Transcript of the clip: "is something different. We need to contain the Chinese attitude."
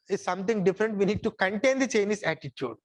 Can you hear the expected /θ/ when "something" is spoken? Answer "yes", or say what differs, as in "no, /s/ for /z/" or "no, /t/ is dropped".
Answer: no, /t/ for /θ/